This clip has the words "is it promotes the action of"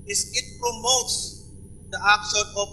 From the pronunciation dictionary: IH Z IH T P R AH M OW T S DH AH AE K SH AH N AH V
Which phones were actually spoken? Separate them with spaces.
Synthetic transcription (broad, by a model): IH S IH T P R AH M OW T S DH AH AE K S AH AH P